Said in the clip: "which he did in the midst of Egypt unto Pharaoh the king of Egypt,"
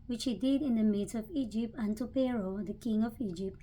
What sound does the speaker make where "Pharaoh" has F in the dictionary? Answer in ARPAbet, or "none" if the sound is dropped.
P